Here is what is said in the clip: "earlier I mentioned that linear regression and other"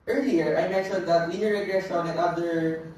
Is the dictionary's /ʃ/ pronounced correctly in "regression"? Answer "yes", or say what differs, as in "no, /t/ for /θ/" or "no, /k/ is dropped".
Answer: no, /s/ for /ʃ/